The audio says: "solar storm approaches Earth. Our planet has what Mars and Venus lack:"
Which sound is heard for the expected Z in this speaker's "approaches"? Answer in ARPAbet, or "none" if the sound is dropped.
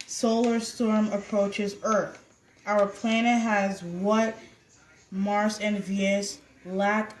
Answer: Z